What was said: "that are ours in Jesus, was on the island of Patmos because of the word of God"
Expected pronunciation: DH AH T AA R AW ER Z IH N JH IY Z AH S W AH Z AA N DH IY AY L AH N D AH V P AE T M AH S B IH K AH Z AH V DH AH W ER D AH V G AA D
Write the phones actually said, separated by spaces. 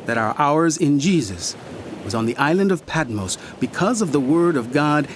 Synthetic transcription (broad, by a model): DH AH T AA R AW ER Z IH N JH IY Z AH S W AH Z N DH IY AY L AH N D AH V P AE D M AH S B IH K AH Z AH V DH AH W ER D AH V G AA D